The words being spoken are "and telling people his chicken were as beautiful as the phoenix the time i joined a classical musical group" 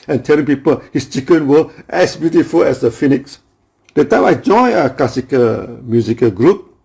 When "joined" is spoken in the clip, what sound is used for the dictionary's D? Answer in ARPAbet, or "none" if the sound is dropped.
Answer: none